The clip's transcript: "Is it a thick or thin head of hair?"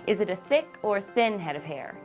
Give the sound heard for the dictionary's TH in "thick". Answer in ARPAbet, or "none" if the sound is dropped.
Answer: TH